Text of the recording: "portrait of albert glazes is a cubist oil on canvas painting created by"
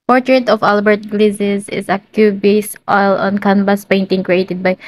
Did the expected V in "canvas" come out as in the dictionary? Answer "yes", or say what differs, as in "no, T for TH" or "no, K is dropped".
no, B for V